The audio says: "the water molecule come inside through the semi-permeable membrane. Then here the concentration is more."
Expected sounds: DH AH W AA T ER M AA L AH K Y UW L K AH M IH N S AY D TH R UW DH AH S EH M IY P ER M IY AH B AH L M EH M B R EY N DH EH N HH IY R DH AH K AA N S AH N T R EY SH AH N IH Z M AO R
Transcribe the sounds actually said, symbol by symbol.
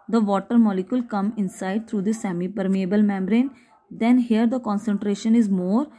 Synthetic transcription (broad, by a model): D AH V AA T ER M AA L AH K Y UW L K AH M IH N S AY D T R UW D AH S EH M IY P ER M IY AH B AH L M EH M B R EY N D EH N HH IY R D AH K AA N S AH N T R EY SH AH N IH Z M AO R